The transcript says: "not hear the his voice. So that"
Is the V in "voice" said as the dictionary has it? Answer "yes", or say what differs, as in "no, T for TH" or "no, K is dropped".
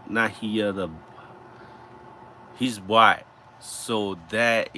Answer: no, B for V